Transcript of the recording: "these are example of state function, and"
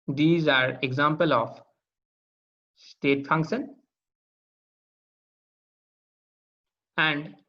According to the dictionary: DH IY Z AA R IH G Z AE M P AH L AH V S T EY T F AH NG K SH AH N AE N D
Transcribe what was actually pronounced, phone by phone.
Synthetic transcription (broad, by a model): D IY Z AA R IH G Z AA M P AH L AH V S T EY T F AH NG K SH AH N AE N D